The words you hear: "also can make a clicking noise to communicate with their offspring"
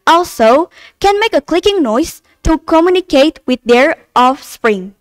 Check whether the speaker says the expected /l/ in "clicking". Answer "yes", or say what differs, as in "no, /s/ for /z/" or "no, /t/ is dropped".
yes